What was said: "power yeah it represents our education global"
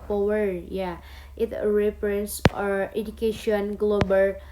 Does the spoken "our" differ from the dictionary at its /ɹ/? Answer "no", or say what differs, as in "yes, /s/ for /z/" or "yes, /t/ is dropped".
no